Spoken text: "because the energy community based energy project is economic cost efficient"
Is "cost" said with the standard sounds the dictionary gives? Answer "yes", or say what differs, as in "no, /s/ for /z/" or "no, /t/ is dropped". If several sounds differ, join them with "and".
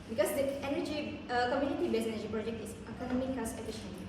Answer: no, /t/ is dropped